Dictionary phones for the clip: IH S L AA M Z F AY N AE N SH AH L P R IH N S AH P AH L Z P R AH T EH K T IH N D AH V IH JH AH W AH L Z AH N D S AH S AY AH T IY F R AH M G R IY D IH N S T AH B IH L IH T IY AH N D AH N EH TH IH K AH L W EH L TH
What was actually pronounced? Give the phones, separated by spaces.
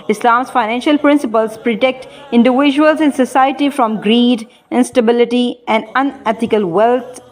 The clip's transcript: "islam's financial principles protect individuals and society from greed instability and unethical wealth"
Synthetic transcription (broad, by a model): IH S L AA M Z F AY N AE N SH AH L P R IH N S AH P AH L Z P R AH T EH K T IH N D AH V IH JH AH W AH L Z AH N S AH S AY AH T IY F R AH M G R IY D IH N S T AH B IH L IH T IY AH N D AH N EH T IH K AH L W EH L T